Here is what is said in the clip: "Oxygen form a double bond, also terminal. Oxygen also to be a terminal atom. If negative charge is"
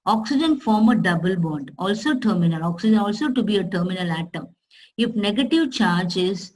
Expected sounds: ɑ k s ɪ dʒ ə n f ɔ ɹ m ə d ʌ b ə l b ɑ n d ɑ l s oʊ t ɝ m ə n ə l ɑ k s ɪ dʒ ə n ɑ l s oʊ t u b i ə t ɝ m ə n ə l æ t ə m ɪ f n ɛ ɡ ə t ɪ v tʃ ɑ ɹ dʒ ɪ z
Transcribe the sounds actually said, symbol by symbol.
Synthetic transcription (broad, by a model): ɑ k s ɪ dʒ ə n f ɔ ɹ m ə d ʌ b ə l b ɑ n d ɑ l s oʊ t ɝ m ə n ə l ɑ k s ɪ dʒ ə n ɑ l s oʊ t u b i ə t ɝ m ə n ə l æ t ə ɪ f n ɛ ɡ ə t ɪ v tʃ ɑ ɹ dʒ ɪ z